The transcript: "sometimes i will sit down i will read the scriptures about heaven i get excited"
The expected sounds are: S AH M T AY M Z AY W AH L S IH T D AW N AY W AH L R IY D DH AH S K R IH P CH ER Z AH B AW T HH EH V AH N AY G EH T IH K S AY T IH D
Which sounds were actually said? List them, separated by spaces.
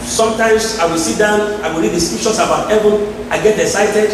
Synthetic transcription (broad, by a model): S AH M T AY M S AY W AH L S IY T D AW N AY W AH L R IY D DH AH S K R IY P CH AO S AH B AW T HH EH V AH N AY G EH T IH K S AY T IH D